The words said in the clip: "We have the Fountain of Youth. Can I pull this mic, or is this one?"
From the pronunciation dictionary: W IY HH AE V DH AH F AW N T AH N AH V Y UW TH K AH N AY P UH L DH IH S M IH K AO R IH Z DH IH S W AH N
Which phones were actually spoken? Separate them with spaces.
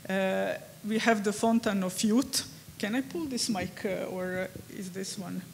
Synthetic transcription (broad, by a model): W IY HH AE V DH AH F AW N T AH N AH F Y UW T K AH N AY P UH L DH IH S M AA K AO R IH Z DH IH S W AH N